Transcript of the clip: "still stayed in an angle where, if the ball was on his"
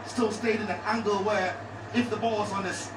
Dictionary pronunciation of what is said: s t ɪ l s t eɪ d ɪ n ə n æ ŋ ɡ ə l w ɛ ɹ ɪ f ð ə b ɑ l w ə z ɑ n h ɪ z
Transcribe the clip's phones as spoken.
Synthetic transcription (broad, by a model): s t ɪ l s t eɪ d ɪ n ə n æ ŋ ɡ ə l w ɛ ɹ ɪ f ð ə b ɑ l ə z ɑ n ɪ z